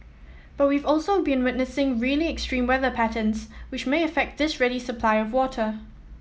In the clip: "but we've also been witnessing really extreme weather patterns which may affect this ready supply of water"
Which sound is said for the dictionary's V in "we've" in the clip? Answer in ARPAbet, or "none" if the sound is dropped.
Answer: V